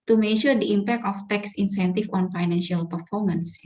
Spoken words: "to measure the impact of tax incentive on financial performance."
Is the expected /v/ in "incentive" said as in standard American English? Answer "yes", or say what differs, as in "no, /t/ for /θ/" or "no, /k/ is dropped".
no, /f/ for /v/